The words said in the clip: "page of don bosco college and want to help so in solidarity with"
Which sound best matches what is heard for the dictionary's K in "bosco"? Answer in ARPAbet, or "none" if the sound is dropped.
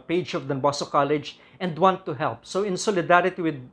none